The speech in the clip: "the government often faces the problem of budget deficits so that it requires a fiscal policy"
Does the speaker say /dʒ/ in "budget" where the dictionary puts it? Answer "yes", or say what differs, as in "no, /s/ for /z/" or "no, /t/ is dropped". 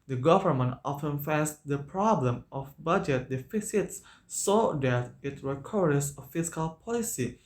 yes